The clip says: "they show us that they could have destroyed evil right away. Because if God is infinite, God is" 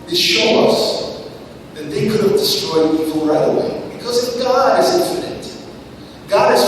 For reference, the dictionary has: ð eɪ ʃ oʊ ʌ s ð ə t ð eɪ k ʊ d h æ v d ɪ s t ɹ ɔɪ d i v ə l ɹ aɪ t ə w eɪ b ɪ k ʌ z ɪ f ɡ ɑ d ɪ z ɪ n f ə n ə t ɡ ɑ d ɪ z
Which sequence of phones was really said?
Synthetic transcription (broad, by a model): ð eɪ ʃ oʊ ʌ s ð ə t ð eɪ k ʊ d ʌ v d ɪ s t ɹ ɔɪ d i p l ɹ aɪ ə w eɪ b ɪ k ʌ z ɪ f ɡ ɑ d ɪ z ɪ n f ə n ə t ɡ ɑ d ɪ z